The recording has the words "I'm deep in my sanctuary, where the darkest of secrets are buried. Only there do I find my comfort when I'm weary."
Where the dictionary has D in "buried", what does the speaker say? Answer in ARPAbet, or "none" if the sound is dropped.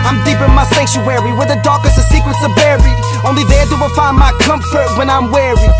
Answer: none